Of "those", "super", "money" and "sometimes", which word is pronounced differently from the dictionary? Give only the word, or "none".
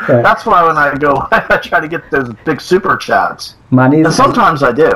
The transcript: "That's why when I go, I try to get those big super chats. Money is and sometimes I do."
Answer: none